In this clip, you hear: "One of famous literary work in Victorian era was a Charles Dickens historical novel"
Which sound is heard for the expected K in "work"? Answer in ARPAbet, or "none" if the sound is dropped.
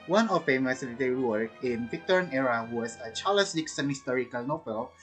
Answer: none